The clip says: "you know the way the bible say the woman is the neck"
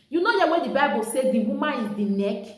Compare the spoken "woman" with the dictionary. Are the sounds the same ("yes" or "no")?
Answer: no